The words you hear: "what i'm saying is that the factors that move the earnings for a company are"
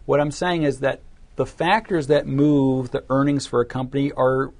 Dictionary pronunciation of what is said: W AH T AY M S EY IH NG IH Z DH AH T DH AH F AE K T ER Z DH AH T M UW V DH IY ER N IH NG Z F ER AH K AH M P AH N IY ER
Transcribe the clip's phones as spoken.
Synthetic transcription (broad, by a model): W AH T AY M S EY IH NG IH Z DH AH T DH AH F AE K T ER Z DH AH T M UW V DH IY ER N IH NG Z F ER AH K AH M P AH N IY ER